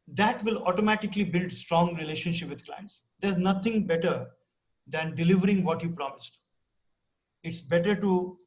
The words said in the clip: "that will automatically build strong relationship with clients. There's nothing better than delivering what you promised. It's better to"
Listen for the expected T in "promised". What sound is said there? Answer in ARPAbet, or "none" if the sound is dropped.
T